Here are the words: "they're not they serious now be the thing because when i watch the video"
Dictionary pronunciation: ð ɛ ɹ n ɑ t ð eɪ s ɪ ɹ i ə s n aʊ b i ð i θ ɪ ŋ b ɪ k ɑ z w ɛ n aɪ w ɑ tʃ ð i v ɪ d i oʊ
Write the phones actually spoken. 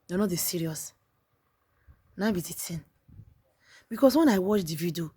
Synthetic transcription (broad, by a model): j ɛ n ɑ t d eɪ s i ɹ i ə s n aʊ b i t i t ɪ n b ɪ k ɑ s w ɛ n aɪ w ɑ tʃ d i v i d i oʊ